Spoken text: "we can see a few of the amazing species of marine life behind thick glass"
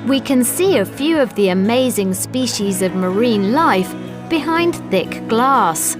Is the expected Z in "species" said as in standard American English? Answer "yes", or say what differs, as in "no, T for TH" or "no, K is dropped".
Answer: yes